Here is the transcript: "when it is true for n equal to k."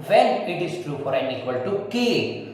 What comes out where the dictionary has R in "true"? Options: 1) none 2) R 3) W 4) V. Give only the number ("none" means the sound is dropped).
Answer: 2